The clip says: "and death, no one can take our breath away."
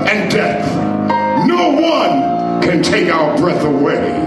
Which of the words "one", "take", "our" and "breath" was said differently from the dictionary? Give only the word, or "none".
none